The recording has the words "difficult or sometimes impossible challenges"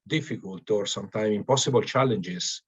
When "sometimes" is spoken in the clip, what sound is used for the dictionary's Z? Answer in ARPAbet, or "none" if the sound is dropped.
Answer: none